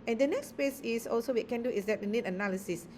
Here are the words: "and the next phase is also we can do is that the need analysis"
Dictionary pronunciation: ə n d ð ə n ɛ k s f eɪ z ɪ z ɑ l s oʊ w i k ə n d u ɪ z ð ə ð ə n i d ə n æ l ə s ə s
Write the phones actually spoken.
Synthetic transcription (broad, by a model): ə n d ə n ɛ k s p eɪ s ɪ s ɑ l s oʊ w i k ə n d u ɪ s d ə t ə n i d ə n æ l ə s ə s